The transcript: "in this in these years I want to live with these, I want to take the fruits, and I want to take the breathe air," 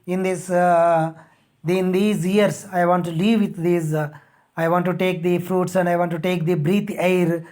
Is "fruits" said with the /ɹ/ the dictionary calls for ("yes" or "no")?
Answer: yes